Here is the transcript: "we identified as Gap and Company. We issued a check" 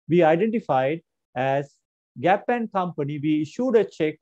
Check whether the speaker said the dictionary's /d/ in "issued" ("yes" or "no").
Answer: yes